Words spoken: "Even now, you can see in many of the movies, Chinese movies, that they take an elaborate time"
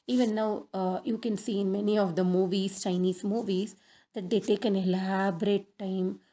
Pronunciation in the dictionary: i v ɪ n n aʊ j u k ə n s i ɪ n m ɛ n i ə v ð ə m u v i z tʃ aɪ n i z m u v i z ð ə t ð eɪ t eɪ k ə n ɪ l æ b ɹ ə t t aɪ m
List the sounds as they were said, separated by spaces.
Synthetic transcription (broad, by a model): i v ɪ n n aʊ j u k ə n s i ɪ n m ɛ n i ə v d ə m u v i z tʃ aɪ n i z m u v i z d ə t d eɪ t eɪ k ə n ɪ l æ b ɹ ə t t aɪ m